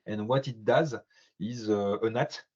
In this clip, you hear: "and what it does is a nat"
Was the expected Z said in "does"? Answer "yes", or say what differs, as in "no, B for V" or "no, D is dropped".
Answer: yes